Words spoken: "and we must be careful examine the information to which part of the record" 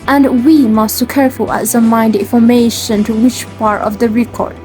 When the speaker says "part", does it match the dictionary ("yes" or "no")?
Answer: yes